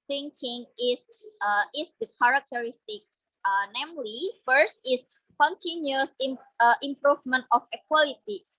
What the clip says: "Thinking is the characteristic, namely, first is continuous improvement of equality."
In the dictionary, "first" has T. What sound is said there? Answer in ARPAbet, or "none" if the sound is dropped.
T